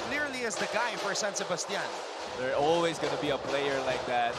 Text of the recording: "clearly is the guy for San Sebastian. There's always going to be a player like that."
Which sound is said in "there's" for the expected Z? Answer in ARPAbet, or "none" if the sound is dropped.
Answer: none